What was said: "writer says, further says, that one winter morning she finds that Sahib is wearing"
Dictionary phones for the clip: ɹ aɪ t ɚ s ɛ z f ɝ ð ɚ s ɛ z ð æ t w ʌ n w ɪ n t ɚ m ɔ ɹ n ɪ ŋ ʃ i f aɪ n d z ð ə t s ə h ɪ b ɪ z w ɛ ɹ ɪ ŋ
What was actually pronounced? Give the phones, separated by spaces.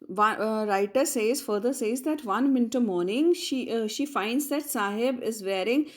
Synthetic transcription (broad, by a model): ɹ aɪ t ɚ s ɛ z f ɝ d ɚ s ɛ z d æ t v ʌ n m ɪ n t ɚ m ɔ ɹ n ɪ ŋ ʃ i f aɪ n d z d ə t s ə h ɪ b ɪ z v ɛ ɹ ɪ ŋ